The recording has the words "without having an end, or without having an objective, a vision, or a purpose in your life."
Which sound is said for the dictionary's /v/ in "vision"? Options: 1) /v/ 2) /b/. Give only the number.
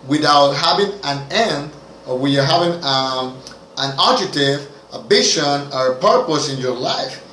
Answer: 2